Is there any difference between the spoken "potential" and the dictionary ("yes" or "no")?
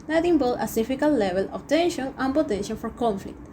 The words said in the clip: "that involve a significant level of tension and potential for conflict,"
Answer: yes